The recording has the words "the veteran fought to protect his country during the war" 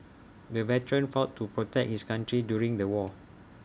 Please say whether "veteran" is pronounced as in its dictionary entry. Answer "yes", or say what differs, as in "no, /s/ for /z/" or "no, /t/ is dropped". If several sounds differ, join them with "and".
yes